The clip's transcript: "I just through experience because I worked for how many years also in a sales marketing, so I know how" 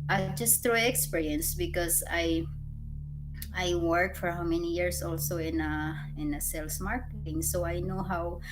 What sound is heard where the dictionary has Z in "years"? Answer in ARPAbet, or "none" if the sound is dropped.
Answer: S